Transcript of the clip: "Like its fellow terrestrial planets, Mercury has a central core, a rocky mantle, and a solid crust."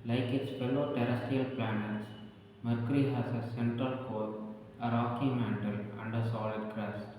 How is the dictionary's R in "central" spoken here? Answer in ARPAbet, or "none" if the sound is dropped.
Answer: none